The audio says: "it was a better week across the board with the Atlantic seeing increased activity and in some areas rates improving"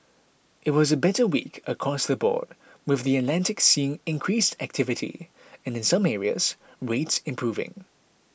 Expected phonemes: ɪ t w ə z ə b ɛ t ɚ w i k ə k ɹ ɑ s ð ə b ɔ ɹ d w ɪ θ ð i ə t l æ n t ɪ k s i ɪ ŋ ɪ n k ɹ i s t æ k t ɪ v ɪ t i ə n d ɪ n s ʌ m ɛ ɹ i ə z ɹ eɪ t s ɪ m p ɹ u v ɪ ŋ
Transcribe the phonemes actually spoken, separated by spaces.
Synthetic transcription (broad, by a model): ɪ t w ə z ə b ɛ t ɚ w i k ə k ɹ ɑ s ð ə b ɔ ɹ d w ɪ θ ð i ə t l æ n t ɪ k s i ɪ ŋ ɪ n k ɹ i s t æ k t ɪ v ɪ t i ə n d ɪ n s ʌ m ɛ ɹ i ə z ɹ eɪ t s ɪ m p ɹ u v ɪ ŋ